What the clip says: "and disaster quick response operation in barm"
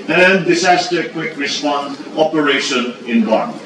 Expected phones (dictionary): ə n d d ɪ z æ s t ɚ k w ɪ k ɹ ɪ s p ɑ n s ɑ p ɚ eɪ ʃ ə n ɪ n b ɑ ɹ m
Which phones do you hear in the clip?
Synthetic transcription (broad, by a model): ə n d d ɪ s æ s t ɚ k w ɪ k ɹ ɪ s p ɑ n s ɑ p ɚ eɪ ʃ ə n ɪ n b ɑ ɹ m